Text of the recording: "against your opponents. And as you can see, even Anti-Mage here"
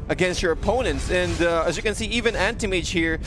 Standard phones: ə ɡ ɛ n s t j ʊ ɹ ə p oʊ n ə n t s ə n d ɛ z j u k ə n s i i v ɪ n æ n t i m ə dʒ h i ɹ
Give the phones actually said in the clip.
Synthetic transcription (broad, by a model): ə ɡ ɛ n s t j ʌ ɹ ə p oʊ n ə n t s ə n d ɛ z j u k ə n s i i v ɪ n æ n t i m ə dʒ h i ɹ